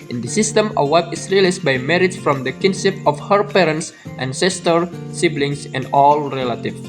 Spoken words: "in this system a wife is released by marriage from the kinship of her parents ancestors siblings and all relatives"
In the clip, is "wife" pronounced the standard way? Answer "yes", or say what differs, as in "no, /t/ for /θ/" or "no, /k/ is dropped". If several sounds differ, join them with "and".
no, /p/ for /f/